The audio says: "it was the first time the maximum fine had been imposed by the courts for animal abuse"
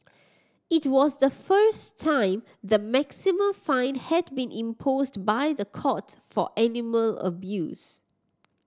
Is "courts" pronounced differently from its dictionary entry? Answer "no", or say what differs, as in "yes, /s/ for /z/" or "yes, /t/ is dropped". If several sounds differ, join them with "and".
yes, /s/ is dropped